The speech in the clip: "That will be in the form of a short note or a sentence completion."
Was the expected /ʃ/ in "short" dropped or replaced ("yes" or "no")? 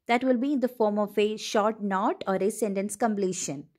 no